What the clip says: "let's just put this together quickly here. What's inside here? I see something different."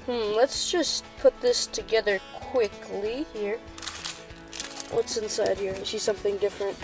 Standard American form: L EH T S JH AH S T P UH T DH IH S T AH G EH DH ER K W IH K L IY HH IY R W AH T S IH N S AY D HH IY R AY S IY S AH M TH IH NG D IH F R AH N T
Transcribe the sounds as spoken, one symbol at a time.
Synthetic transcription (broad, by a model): L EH T S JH AH S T P UH T DH IH S T AH G EH DH ER K W IH K L IY HH IY R W AH T S IH N S AY D HH IY R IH SH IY S AH M TH IH NG D IH F R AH N T